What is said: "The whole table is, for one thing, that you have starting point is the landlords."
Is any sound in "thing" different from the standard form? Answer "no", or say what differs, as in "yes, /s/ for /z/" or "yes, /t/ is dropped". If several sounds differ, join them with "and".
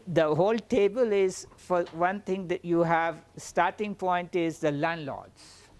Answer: yes, /t/ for /θ/